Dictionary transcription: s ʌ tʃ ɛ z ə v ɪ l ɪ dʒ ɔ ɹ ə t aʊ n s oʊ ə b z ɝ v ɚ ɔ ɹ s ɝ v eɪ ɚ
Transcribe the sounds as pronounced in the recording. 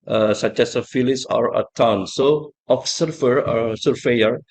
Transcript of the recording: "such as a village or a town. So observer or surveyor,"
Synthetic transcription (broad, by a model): s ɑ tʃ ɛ s ə f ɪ l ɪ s ɔ ɹ ə t aʊ n s oʊ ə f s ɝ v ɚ ɔ ɹ s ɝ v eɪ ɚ